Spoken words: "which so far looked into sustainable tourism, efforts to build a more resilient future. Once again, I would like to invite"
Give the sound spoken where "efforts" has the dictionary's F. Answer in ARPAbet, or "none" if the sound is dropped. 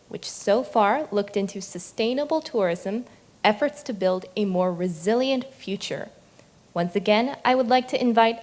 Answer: F